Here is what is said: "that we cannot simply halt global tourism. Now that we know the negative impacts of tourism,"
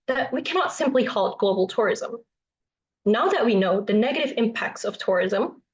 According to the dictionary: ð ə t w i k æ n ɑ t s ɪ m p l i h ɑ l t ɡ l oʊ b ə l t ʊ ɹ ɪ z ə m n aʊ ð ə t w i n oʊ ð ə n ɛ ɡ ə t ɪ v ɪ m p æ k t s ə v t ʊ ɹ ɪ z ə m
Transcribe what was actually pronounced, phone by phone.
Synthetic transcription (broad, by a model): ð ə t w i k æ n ɑ t s ɪ m p l i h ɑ l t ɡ l oʊ b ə l t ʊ ɹ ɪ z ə m n aʊ ð ə t w i n oʊ ð ə n ɛ ɡ ə t ɪ v ɪ m p æ k t s ə v t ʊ ɹ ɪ z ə m